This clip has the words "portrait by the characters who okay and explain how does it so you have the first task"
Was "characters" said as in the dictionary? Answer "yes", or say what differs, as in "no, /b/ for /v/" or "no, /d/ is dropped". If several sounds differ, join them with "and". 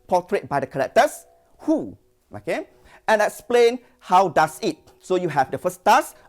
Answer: no, /l/ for /ɹ/ and /s/ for /z/